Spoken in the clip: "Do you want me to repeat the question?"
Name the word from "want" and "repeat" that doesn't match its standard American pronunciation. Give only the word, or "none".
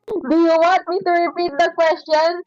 want